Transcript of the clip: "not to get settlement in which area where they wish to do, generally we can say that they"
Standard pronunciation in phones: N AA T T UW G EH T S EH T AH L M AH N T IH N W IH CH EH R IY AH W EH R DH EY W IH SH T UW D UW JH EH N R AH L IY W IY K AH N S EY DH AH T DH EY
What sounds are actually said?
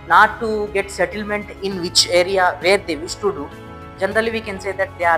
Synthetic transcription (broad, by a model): N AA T T UW G EH T S EH T AH L M AH N T IH N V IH CH EH R IY AH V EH R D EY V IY S T UW D UW JH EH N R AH L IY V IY K AH N S EY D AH T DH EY